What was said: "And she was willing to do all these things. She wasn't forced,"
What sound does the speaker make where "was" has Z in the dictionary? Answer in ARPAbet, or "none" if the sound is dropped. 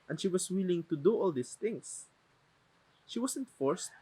S